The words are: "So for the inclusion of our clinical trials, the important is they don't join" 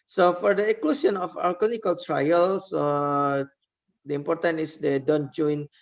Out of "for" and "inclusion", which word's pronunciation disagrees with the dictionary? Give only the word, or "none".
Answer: inclusion